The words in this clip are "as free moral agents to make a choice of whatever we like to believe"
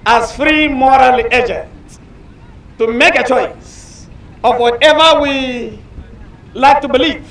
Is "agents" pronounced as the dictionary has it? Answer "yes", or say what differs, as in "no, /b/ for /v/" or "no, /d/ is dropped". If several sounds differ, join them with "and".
no, /s/ is dropped